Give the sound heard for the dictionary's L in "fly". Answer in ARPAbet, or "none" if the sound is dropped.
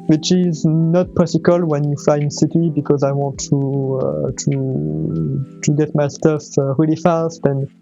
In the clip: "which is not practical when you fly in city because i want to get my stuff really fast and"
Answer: none